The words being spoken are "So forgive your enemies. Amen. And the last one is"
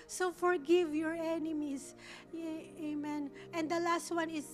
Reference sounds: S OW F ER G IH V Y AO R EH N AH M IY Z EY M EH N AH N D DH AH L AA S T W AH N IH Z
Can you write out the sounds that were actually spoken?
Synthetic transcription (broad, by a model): S OW F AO G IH V Y AO R EH N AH M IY S EY M EH N AH N D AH L AA S T W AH N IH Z